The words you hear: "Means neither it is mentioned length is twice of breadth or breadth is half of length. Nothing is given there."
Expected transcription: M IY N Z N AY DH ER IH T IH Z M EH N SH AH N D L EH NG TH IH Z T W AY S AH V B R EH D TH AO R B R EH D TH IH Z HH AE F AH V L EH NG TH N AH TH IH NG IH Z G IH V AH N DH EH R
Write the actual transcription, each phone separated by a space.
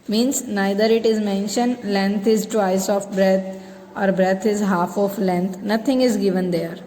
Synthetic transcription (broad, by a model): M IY N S N AY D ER IH T IH Z M EH N SH AH N D L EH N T IH Z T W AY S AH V B R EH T AO R B R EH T IH Z HH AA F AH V L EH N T N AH T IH NG IH Z G IH V AH N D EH R